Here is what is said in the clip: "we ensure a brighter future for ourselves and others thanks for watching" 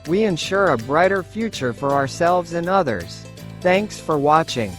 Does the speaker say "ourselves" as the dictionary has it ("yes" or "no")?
yes